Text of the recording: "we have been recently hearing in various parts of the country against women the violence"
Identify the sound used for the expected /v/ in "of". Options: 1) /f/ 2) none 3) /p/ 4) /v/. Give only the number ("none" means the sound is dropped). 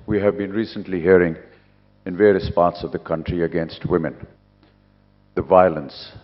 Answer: 4